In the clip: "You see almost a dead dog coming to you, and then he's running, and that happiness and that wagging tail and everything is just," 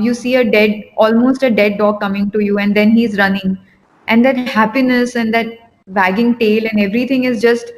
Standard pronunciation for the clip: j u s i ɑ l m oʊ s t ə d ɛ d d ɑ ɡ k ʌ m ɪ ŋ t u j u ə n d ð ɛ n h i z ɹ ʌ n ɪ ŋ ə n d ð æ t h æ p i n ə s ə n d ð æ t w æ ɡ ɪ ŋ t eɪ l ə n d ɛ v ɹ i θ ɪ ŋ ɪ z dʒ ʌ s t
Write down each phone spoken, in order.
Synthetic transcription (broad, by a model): j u s i ɑ l m oʊ s t ə d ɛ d d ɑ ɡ k ʌ m ɪ ŋ t u j u ə n d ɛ n h i z ɹ ʌ n ɪ ŋ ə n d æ t h æ p i n ə s ə n d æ t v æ ɡ ɪ ŋ t eɪ l ə n d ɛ v ɹ i t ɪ ŋ ɪ z dʒ ʌ s t